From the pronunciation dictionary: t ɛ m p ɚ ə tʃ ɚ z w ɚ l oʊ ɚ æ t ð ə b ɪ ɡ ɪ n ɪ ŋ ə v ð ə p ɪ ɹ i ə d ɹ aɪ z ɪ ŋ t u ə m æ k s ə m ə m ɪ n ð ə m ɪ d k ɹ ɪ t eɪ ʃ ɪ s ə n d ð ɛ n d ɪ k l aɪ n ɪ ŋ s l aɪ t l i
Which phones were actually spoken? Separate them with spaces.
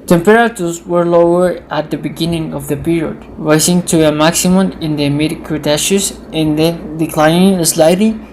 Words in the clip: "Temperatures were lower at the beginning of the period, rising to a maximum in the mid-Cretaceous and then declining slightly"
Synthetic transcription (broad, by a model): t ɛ m p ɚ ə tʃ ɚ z w ɚ l oʊ ɚ æ t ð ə b ɪ ɡ ɪ n ɪ ŋ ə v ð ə p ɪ ɹ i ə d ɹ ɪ s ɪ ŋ t u ə m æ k s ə m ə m ɪ n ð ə m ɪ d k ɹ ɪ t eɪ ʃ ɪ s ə n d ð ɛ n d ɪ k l aɪ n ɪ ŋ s l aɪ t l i